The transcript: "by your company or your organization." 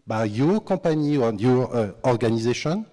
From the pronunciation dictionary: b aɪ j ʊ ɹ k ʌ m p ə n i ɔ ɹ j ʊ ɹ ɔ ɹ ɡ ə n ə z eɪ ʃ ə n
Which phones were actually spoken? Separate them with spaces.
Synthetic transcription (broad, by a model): b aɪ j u k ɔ p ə n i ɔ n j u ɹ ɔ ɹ ɡ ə n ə z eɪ ʃ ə n